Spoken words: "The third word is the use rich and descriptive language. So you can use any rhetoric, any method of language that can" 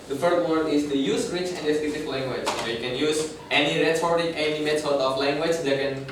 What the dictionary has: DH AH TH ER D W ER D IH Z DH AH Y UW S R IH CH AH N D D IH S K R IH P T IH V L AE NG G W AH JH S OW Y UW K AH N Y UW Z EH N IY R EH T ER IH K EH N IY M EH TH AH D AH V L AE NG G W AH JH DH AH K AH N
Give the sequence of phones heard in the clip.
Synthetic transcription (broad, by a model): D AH F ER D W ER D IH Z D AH Y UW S R IH CH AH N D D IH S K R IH T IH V L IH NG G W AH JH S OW Y UW K AH N Y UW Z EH N IY R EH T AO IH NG EH N IY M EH S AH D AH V L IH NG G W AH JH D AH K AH N